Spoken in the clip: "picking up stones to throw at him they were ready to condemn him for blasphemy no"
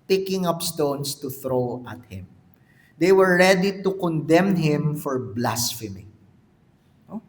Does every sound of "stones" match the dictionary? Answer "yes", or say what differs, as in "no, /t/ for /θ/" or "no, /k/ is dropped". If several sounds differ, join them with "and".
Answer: no, /s/ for /z/